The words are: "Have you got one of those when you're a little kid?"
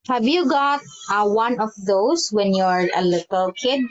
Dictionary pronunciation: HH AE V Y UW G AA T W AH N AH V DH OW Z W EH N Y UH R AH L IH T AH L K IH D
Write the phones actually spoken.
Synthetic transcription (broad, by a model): HH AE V Y UW G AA T W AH N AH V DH OW S W EH N Y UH R AH L IH T AH L K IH D